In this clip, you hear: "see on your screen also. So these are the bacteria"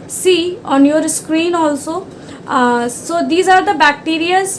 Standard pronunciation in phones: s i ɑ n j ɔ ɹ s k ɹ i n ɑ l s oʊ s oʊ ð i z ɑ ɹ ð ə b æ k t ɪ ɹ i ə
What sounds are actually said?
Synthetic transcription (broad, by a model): s i ɑ n j ɔ ɹ s k ɹ i n ɑ l s oʊ s oʊ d i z ɑ ɹ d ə b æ k t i ɹ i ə